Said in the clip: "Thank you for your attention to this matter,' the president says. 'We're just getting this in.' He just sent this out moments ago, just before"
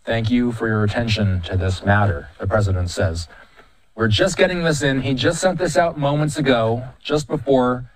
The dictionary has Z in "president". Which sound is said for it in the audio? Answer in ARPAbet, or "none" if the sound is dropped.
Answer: Z